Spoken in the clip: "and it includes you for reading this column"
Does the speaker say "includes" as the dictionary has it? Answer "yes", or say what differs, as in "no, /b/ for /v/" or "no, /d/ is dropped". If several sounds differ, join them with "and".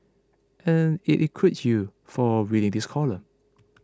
no, /n/ is dropped and /w/ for /l/